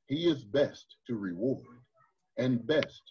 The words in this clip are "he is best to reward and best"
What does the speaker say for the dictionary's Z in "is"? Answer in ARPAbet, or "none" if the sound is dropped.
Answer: Z